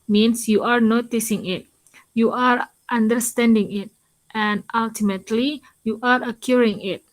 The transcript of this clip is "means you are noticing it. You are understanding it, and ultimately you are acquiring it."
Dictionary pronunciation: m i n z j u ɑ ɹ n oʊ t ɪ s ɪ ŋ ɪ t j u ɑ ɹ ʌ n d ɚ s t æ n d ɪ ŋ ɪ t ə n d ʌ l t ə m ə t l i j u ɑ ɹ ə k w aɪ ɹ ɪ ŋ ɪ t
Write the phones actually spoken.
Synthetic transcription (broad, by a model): m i n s j u ɑ ɹ n oʊ t ɪ s ɪ ŋ ɪ t j u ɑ ɹ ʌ n d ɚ s t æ n d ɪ ŋ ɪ t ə n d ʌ l t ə m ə t l i j u ɑ ɹ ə k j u ɹ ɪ ŋ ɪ t